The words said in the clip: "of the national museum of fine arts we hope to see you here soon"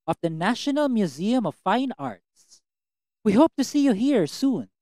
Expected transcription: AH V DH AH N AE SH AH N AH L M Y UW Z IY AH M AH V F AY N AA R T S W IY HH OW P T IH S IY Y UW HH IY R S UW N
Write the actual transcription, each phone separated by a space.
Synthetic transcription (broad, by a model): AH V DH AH N AE SH AH N AH L M Y UW Z IY AH M AH V F AY N AA R T S W IY HH OW P T IH S IY Y UW HH IY R S UW N